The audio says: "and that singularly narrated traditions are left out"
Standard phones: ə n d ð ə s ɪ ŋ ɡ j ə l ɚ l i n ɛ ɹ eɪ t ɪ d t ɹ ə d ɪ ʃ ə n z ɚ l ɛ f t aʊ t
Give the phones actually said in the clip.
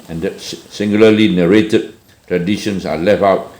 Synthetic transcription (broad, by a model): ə n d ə s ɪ ŋ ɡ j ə l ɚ l i n ɛ ɹ eɪ t ɪ d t ɹ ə d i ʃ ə n s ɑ l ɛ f aʊ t